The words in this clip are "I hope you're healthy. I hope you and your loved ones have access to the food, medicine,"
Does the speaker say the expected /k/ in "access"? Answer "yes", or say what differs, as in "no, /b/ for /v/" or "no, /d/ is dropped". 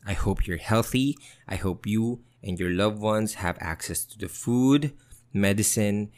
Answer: yes